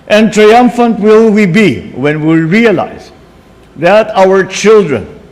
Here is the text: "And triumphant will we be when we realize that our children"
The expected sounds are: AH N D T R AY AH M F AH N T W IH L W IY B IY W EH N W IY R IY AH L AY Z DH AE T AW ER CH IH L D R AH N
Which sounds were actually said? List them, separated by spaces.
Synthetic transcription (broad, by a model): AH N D T R AY AH M F AH N T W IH L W IY B IY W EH N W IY R IY AH L AY Z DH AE T AW ER CH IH L D R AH N